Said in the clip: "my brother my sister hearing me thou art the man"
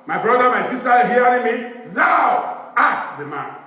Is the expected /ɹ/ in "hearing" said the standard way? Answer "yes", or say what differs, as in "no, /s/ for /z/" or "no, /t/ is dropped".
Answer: no, /ɹ/ is dropped